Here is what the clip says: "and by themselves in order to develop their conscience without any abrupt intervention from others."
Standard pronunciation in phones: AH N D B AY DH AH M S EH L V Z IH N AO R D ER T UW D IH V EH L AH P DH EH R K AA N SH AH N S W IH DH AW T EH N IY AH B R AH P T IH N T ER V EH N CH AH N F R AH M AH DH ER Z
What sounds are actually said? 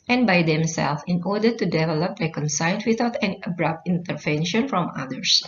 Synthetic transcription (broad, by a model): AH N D B AY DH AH M S EH L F IH N AO R D ER T UW D IH V EH L AH P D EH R K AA N S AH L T W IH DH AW T EH N IY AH B R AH P T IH N T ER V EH N SH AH N F R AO M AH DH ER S